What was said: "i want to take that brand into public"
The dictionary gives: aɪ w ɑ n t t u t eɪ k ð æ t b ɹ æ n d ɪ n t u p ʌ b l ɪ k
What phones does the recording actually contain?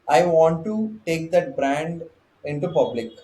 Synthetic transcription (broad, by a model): aɪ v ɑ n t t u t eɪ k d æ t b ɹ æ n d ɪ n t u p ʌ b l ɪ k